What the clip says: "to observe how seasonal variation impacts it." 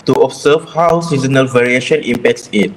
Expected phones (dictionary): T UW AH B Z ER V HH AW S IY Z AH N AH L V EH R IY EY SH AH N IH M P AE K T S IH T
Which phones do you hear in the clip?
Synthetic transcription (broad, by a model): T UW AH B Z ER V HH AW S IY Z AH N AH L V EH R IY EY SH AH N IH M P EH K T S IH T